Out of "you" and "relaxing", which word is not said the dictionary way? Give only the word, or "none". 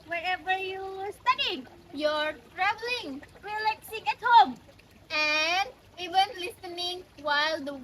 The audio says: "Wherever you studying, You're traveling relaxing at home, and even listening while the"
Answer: relaxing